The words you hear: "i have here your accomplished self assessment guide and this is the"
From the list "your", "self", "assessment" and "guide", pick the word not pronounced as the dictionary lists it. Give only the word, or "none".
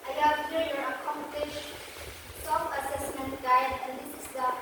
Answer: self